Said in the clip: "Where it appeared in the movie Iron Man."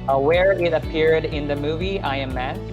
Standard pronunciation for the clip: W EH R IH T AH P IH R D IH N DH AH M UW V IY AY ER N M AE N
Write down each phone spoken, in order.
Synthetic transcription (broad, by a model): W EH R IH T AH P IH R D IH N DH AH M UW V IY AY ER M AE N